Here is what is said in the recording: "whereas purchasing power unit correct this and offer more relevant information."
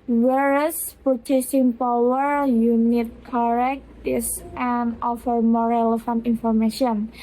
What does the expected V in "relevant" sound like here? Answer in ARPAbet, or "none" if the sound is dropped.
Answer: F